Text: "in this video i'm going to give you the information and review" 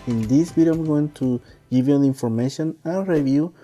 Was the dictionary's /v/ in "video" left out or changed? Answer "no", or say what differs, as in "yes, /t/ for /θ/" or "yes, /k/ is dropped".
yes, /b/ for /v/